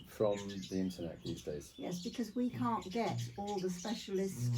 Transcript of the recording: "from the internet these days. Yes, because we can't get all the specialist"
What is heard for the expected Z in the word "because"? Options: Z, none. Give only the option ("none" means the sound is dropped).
Z